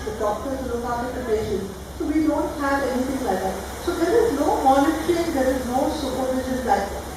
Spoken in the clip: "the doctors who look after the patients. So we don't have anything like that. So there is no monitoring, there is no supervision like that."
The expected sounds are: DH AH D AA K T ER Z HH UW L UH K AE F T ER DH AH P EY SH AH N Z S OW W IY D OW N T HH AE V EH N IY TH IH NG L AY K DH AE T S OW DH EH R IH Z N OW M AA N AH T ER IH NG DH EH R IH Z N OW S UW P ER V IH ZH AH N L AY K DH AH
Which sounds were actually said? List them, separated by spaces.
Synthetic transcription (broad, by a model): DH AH D AA K T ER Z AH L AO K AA T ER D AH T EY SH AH N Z S OW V IY D OW N T HH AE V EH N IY T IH NG L AY K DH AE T S OW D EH R IH Z N OW M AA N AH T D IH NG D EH R IH Z N OW S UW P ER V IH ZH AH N L AY K